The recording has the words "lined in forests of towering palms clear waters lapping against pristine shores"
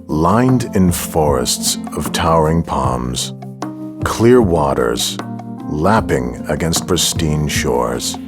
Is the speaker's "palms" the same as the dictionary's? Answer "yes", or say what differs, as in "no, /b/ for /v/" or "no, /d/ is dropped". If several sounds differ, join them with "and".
yes